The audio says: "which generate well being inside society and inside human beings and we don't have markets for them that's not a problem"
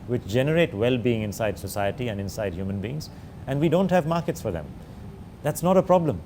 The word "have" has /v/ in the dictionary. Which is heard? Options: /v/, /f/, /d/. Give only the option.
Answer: /v/